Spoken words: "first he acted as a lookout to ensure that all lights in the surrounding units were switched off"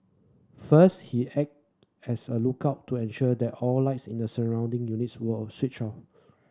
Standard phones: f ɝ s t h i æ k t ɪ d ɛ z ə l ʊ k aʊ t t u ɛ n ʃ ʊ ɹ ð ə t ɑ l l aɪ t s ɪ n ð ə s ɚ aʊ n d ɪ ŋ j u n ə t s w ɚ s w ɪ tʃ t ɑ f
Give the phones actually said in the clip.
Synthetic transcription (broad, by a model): f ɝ s t h i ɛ k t ɛ s ə l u k aʊ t t u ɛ n ʃ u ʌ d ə t ɑ l l aɪ t s ɪ n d ə s ɚ aʊ n d ɪ ŋ j u n ə t s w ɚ s w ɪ tʃ ɑ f